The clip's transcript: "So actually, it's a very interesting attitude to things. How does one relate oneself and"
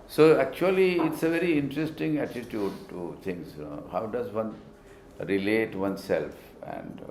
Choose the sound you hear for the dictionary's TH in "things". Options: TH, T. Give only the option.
T